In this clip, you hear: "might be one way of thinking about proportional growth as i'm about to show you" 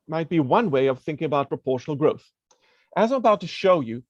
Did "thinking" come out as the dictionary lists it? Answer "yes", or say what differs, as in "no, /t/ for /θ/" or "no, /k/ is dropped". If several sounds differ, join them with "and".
yes